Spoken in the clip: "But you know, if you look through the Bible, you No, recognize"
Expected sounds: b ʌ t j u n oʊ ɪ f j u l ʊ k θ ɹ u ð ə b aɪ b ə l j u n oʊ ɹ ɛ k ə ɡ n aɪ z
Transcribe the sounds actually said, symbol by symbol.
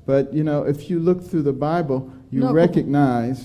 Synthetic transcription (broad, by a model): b ʌ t j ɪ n oʊ ɪ f j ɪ l ʊ k θ ɹ u ð ə b aɪ b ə l j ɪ ɹ ɛ k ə ɡ n aɪ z